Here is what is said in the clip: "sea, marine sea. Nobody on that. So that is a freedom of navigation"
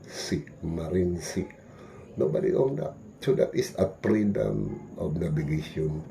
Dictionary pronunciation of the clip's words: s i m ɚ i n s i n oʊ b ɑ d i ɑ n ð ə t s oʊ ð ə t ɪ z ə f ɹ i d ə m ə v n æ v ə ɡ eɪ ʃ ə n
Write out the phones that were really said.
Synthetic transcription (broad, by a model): s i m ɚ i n s i n oʊ b ɑ d i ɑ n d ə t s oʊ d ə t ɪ s ə p ɹ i d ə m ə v n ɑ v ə ɡ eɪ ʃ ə n